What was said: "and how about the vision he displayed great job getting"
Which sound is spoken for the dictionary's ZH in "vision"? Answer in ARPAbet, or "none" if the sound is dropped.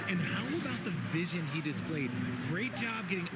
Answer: ZH